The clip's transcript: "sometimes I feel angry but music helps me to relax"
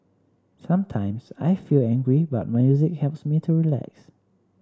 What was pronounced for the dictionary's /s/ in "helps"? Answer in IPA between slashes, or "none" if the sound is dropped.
/s/